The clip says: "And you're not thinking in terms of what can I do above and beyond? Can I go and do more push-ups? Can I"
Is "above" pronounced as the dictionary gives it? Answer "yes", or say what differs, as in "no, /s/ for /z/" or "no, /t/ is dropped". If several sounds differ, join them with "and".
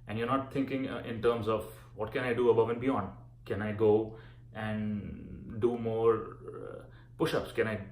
yes